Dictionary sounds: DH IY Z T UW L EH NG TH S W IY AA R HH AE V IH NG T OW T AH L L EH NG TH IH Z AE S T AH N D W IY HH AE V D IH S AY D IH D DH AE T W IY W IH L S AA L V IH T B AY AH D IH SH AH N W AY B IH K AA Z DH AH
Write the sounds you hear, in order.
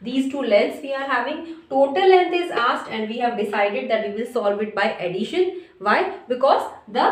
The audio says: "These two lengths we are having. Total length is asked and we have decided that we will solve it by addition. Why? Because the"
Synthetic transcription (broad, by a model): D IY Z T UW L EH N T S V IY AA R HH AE V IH NG T OW T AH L L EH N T IH Z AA S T AH N D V IY HH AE V D IH S AY D IH D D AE T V IY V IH L S AA L V IH T B AY AH D IH SH AH N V AY B IH K AA Z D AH